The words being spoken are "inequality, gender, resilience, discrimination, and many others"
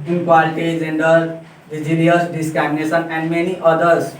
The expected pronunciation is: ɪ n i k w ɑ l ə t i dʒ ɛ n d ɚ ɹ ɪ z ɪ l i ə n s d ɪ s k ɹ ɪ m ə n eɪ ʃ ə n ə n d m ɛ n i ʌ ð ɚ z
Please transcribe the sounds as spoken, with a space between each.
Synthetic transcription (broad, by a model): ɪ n k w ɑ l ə t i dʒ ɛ n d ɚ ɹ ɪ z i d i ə s d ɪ s k ɹ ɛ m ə n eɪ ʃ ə n ə n d m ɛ n i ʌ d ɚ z